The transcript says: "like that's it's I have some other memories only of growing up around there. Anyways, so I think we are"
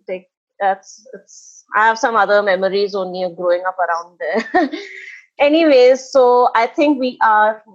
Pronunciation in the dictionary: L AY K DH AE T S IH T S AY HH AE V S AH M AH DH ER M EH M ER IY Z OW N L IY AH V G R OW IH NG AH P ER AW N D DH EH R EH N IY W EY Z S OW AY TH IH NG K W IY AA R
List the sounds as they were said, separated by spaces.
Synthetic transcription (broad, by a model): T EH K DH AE T S IH T S AY HH AE V S AH M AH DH ER M EH M ER IY Z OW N IY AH G R OW IH NG AH P ER AW N D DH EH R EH N IY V EY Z S OW AY T IH NG K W IY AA R